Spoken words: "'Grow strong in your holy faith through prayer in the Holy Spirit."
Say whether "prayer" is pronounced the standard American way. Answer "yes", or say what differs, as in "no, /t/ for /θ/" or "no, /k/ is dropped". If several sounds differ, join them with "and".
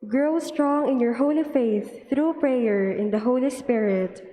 yes